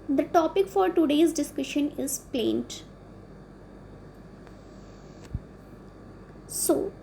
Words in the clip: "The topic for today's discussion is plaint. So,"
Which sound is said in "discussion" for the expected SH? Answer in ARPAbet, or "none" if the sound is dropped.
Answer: SH